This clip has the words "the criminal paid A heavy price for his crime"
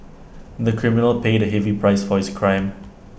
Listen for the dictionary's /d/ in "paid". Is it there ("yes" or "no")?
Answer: yes